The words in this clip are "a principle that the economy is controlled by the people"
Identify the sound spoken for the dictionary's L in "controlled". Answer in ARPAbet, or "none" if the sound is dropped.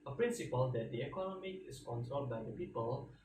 none